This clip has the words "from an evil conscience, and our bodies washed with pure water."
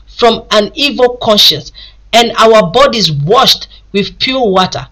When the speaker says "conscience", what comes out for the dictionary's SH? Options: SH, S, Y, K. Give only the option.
SH